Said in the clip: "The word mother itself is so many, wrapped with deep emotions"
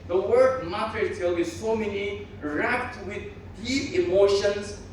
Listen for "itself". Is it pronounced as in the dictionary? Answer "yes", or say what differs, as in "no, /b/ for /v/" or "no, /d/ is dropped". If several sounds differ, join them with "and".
no, /s/ is dropped